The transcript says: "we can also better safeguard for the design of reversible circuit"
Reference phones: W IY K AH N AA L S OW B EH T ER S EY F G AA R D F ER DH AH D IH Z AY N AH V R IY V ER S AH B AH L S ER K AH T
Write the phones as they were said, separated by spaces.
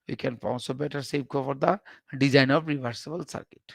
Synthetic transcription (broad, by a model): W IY K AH N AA N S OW B EH T ER S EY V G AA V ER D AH D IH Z AY N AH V R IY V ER S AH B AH L S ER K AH T